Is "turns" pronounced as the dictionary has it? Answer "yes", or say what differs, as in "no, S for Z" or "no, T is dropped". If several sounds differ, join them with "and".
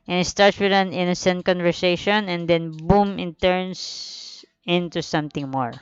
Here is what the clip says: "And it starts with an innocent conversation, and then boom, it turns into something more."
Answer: no, S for Z